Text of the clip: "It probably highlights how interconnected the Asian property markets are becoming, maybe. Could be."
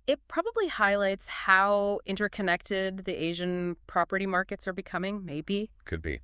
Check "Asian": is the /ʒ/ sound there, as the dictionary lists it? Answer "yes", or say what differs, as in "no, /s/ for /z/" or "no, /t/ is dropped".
yes